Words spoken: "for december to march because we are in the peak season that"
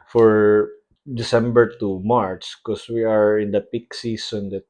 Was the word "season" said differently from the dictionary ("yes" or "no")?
yes